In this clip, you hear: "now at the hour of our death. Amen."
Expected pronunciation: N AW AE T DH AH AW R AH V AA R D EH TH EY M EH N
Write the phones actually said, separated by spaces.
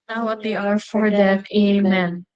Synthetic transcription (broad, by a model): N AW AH T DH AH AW R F AA R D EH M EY M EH N